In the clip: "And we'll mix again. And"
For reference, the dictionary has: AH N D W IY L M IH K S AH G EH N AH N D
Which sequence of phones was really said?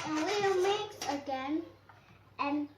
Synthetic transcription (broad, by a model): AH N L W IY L M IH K AH G EH N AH N